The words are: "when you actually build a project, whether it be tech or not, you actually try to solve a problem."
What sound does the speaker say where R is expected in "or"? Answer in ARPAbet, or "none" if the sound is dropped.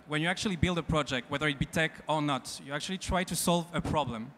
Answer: R